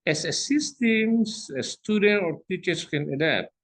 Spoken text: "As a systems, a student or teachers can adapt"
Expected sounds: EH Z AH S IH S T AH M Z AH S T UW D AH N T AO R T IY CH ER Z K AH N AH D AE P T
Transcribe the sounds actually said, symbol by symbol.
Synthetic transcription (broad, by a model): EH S AH S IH S T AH M S AH S T UW D AH N T AO R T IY CH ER S K AH N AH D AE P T